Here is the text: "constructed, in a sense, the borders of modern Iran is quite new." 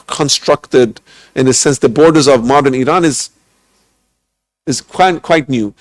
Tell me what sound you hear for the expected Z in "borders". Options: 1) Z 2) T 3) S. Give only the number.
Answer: 1